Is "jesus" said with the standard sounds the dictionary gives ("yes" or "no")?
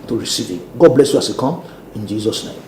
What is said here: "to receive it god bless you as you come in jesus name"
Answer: yes